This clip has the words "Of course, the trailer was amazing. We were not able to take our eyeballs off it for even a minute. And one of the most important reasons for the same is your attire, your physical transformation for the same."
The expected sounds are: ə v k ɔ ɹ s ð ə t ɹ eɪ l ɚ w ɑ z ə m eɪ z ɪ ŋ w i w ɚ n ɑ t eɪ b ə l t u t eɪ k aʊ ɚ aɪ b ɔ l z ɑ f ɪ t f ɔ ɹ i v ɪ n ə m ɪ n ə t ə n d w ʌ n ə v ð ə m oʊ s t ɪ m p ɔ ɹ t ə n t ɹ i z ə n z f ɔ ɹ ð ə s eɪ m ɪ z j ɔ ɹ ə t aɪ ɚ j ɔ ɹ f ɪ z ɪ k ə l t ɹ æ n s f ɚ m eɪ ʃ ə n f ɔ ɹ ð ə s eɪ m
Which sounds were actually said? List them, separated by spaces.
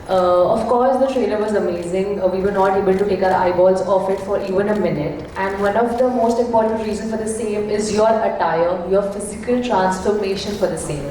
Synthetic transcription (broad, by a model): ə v k ɔ ɹ s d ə t ɹ eɪ l ɚ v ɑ z ə m eɪ z ɪ ŋ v i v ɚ n ɑ t eɪ b ə l t u t eɪ k aʊ ɚ aɪ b ɔ l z ɑ f ɪ t f ɔ ɹ i v ɪ n ə m ɪ n ə t ə n d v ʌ n ə v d ə m oʊ s t ɪ m p ɔ ɹ t ə n t ɹ i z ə n f ɔ ɹ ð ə s eɪ m ɪ z j ɔ ɹ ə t aɪ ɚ j ɔ ɹ f ɪ z ɪ k ə l t ɹ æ n s f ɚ m eɪ ʃ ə n f ɔ ɹ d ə s eɪ m